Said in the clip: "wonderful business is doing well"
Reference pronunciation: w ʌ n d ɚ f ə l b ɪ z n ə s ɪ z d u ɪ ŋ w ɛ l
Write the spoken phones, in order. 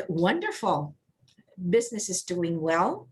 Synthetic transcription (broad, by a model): w ʌ n d ɚ f l b ɪ z n ə s ɪ z d u ɪ ŋ w ɛ l